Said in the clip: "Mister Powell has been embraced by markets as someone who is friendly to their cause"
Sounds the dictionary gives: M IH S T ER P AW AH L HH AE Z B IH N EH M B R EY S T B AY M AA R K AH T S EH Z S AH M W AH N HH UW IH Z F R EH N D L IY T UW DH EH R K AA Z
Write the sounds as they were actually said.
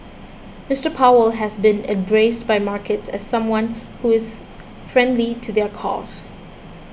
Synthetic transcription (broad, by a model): M IH S T ER P AW AH L HH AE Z B IH N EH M B R EY S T B AY M AA R K AH T S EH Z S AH M W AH N HH UW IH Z F R EH N D L IY T UW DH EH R K AA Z